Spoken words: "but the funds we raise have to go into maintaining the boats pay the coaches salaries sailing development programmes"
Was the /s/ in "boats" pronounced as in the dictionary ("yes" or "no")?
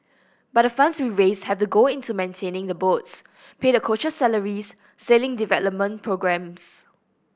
yes